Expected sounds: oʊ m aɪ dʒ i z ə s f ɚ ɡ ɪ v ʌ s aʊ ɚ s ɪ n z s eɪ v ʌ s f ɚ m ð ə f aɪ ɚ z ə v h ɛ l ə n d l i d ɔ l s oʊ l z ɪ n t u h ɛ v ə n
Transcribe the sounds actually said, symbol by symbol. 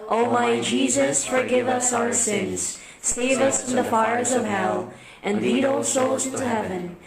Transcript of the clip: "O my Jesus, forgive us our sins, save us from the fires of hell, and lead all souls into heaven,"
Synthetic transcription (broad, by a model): oʊ m aɪ dʒ i z ə s f ɚ ɡ ɪ v ʌ s aʊ ɚ s ɪ n z s eɪ v ʌ s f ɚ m ð ə f aɪ ɚ z ə v h ɛ l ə n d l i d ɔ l s oʊ l z ɪ n t u h ɛ v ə n